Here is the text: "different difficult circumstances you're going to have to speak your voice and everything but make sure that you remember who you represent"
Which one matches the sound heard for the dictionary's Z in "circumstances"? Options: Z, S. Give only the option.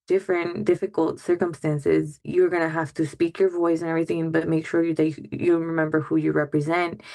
Z